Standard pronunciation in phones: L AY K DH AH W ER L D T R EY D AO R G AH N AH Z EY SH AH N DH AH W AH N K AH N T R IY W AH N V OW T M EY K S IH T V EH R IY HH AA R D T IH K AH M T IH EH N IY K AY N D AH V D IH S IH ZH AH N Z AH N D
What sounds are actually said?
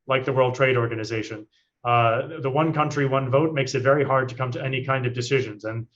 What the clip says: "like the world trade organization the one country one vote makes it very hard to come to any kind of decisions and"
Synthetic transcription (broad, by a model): L AY K DH AH W ER L D T R EY D AO R G AH N AH Z EY SH AH N DH AH W AH N K AH N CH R IY W AH N V OW T M EY K S IH T V EH R IY HH AA R D T IH K AH M T IH EH N IY K AY N D AH V D IH S IH ZH AH N Z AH N